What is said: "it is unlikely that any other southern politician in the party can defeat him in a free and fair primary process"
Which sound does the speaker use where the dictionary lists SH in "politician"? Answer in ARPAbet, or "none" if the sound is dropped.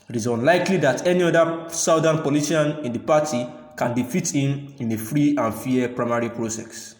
none